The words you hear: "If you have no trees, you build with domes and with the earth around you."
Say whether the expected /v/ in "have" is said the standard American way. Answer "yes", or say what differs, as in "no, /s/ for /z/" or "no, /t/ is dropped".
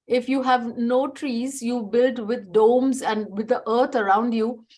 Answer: yes